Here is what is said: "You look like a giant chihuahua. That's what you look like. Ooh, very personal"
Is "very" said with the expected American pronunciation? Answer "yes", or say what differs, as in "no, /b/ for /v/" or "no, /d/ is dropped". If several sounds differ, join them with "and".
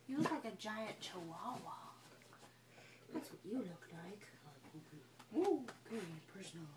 no, /b/ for /v/